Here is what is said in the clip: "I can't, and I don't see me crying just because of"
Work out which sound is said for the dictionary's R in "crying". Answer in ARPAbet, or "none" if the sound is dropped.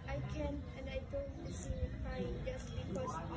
none